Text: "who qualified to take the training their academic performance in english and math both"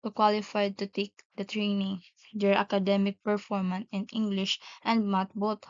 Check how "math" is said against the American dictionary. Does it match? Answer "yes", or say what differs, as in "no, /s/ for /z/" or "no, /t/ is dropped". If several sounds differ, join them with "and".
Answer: no, /t/ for /θ/